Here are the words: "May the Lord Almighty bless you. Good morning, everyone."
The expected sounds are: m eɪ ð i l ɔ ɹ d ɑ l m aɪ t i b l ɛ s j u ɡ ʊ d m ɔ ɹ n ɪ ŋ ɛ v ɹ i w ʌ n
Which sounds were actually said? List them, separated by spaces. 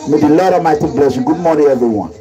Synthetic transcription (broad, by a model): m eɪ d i l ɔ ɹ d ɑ m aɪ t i b l ɛ s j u ɡ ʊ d m ɔ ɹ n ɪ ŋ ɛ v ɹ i w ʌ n